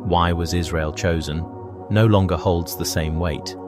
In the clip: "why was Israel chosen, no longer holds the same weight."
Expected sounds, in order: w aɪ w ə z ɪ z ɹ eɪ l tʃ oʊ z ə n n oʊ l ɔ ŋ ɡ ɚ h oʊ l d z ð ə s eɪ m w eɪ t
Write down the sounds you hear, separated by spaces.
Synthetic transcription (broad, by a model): w aɪ w ə z ɪ z ɹ eɪ l tʃ oʊ z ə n n oʊ l ɔ ŋ ɡ ɚ h oʊ l d z ð ə s eɪ m w eɪ t